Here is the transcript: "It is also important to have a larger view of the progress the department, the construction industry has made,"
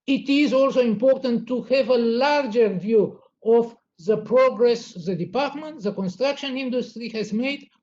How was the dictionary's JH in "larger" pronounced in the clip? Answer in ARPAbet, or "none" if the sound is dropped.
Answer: JH